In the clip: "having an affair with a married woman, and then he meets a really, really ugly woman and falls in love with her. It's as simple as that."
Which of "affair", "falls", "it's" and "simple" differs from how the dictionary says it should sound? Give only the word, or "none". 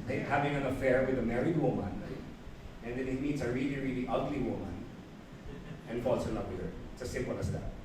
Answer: falls